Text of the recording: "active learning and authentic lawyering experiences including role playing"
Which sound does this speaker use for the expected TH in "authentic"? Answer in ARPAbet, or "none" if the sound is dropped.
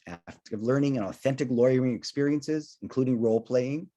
TH